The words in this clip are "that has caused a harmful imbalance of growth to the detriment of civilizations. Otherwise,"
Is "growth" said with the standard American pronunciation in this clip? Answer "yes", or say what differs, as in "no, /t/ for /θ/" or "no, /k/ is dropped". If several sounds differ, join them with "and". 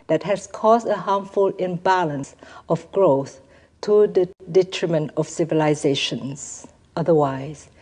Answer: yes